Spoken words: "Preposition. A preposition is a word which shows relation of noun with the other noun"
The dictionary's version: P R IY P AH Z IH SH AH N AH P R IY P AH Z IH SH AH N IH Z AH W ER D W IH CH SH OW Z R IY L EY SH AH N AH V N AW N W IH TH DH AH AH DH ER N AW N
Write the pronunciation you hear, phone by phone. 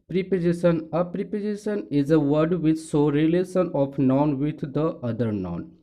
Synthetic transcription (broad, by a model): P R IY P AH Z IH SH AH N AH P R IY P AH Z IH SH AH N IH Z AH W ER D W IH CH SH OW R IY L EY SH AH N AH F N AW N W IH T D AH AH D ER N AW N